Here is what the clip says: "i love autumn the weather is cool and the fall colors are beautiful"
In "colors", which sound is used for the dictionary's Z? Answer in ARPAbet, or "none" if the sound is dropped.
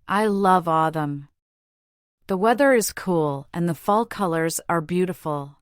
Z